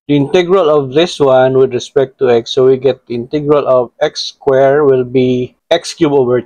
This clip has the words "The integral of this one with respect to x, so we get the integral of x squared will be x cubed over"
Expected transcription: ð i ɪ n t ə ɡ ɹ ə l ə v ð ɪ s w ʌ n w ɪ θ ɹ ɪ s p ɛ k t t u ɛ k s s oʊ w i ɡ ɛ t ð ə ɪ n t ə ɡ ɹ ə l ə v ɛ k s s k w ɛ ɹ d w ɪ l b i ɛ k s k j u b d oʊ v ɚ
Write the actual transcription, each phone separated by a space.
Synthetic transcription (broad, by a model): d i ɪ n t ə ɡ ɹ ə l ə v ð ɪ s w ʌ n w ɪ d ɹ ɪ s p ɛ k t t u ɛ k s s oʊ w i ɡ ɛ t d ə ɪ n t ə ɡ ɹ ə l ə v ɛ k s s k w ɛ ɹ w ɪ l b i ɛ k s k j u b oʊ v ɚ